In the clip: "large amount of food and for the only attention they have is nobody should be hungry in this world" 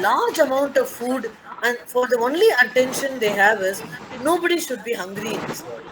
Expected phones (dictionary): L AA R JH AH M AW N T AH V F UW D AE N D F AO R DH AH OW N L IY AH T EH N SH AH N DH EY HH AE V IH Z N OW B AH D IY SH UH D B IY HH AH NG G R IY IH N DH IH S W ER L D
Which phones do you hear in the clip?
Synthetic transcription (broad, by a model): L AA R JH AH M AW N T AH V F UW D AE N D F AO R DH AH OW N L IY AH T EH N SH AH N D EY HH AE V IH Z N OW B AH D IY SH UH D B IY HH AH NG G R IY IH N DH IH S